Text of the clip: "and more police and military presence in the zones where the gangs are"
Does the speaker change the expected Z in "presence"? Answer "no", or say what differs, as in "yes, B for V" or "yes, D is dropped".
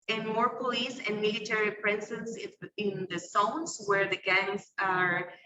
yes, S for Z